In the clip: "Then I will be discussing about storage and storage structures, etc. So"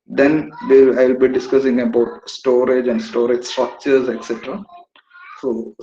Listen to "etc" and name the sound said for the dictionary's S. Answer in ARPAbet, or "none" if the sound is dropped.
S